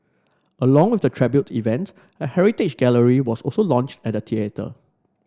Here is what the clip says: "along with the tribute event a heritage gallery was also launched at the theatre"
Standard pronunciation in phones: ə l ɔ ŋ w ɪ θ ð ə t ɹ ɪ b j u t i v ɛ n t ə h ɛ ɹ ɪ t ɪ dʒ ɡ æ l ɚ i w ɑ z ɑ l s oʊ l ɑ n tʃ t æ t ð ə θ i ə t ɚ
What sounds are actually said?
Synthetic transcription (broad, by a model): ə l ɔ ŋ w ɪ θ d ə t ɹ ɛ b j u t i v ɛ n t ə h ɛ ɹ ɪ t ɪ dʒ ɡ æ l ɚ i w ɑ s ɑ l s oʊ l ɑ n tʃ t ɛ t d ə t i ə t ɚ